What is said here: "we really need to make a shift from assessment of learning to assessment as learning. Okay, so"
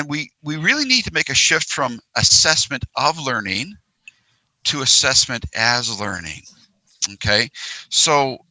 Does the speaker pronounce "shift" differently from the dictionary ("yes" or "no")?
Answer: no